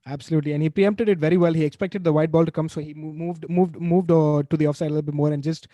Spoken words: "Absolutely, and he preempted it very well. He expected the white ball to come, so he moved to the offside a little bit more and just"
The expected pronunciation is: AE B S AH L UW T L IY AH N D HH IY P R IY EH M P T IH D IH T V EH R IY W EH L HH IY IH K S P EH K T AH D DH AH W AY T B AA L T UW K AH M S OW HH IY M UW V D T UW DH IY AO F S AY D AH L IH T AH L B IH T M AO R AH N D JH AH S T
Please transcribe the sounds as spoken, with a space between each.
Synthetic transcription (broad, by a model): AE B S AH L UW T L IY AH N D HH IY P R IY EH M P T IH D IH T V EH R IY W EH L HH IY IH K S P EH K T AH D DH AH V AY T B AA L T UW K AH M S OW HH IY M UW V D T UW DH IY AO F S AY D AH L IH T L B IH T M AO R AH N D JH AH S T